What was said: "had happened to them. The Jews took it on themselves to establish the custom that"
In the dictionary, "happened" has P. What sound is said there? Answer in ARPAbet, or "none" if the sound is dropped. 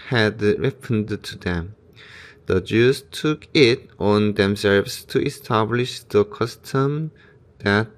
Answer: F